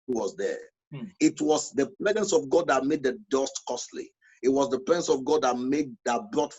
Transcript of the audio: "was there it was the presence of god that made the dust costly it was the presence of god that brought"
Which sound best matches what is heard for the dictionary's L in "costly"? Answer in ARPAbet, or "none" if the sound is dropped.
L